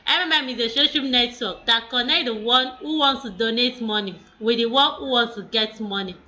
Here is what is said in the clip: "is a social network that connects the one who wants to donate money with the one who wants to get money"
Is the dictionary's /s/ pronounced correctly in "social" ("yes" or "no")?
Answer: no